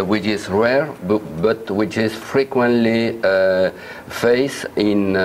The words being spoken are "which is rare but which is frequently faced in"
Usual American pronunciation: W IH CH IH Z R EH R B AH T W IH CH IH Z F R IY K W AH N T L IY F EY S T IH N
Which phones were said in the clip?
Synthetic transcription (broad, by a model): W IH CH IH Z R EH R B AH T W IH CH IH Z F R IY K W AH N T L IY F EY S IH N